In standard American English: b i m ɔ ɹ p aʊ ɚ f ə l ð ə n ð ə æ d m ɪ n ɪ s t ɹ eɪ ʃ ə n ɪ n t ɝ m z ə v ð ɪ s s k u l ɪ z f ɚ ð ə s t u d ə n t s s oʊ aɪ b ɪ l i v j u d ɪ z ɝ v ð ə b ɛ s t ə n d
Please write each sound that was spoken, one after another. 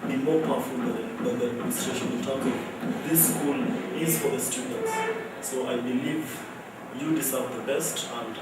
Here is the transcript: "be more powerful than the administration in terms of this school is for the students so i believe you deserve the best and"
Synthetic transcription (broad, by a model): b i m ɔ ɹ p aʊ f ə l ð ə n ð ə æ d m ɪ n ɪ s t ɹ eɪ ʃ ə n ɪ l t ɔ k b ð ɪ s s k u l ɪ z f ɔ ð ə s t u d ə n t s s oʊ aɪ b ɪ l i v j u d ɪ s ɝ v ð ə b ɛ s t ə n d